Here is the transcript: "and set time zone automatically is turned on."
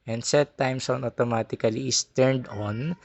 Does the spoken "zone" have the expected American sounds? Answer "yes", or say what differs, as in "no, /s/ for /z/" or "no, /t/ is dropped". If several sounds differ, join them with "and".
no, /s/ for /z/